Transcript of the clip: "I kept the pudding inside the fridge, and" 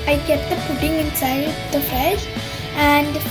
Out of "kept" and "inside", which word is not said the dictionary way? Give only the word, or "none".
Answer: kept